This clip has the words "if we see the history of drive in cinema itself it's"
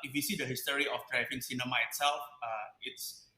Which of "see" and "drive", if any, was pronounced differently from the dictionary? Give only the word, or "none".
drive